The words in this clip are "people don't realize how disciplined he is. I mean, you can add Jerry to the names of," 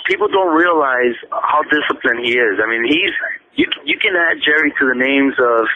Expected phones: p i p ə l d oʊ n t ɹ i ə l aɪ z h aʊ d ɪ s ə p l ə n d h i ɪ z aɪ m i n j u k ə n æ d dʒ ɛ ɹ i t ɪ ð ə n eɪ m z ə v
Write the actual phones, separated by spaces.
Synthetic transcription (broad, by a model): p i p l d oʊ n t ɹ i ə l aɪ z h aʊ d ɪ s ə p l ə n h i ɪ z aɪ m i n j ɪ k ə n æ d dʒ ɛ ɹ i t ɪ ð ə n eɪ m z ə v